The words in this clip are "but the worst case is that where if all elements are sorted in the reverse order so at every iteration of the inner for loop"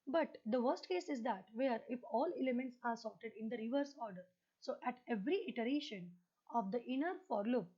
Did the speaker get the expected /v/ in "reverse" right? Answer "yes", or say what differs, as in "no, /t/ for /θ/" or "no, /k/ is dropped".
yes